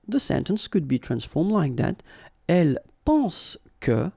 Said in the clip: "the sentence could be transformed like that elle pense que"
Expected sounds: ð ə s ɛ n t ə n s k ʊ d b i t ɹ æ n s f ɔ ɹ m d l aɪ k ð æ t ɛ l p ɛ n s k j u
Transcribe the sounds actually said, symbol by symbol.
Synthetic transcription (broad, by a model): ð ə s ɛ n t ə n s k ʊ d b i t ɹ æ n s f ɔ ɹ m d l aɪ k ð æ t ɛ l p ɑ s k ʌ